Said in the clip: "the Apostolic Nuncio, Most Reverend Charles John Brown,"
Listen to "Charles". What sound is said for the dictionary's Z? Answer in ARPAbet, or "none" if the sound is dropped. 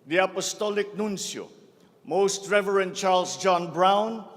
S